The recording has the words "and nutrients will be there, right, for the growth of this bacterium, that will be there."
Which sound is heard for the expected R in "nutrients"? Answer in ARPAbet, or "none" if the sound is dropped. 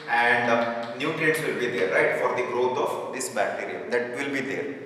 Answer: none